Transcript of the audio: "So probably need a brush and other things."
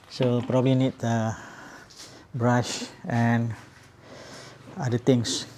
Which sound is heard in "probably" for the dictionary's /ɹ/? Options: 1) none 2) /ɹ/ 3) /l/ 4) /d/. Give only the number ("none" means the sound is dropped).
2